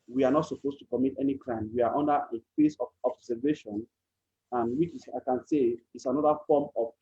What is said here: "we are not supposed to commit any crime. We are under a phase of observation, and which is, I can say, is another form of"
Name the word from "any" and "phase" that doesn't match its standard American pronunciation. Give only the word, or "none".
phase